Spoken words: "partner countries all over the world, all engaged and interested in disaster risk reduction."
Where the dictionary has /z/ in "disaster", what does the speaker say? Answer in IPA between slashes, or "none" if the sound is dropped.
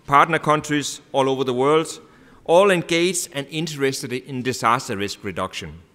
/s/